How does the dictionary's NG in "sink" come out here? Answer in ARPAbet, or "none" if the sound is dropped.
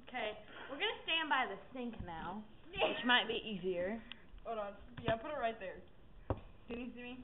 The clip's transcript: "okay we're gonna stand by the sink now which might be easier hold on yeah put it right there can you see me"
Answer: NG